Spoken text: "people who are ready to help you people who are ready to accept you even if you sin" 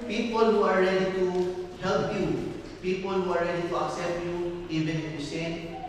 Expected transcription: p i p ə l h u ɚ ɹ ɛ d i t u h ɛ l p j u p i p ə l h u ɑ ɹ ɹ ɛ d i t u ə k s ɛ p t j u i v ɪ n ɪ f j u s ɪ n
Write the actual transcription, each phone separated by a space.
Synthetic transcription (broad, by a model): p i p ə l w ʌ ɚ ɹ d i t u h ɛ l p j u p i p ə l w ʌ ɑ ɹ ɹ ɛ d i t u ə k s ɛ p j u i b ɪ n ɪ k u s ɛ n